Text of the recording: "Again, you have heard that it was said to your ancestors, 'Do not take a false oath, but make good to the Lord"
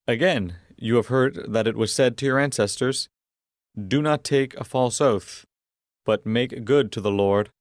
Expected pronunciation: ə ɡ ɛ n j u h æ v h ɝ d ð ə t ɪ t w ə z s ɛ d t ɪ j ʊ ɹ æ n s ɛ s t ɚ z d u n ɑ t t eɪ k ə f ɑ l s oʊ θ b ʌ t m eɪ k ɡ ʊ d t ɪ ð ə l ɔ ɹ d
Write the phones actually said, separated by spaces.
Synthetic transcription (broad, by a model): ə ɡ ɛ n j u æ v h ɝ d ð ə t ɪ t w ə z s ɛ d t ɪ j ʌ ɹ æ n s ɛ s t ɚ z d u n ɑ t t eɪ k ə f ɑ l s oʊ θ b ʌ t m eɪ k ɡ ʊ d t ɪ ð ə l ɔ ɹ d